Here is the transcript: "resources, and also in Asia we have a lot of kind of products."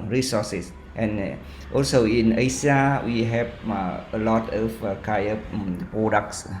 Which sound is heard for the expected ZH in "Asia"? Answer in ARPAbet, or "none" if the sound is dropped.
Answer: S